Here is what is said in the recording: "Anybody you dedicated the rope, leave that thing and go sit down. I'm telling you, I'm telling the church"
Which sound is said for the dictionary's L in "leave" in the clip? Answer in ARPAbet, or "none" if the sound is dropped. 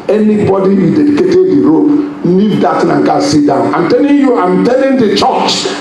N